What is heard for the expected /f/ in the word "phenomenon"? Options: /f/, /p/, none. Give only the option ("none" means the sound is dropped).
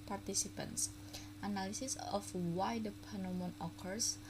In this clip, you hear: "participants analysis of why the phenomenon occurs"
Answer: /p/